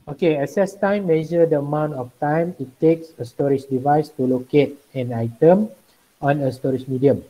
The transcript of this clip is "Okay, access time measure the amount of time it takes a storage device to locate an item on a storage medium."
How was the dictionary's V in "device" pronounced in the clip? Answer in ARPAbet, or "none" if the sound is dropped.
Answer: V